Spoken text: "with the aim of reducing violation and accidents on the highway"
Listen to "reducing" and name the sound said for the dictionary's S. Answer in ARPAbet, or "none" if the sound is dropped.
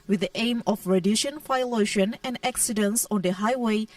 SH